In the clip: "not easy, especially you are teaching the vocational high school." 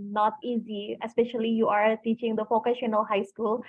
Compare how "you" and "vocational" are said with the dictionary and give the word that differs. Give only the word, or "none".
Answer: vocational